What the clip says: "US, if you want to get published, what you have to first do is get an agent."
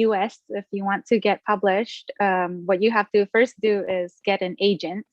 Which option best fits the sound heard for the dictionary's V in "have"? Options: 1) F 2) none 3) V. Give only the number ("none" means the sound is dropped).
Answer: 1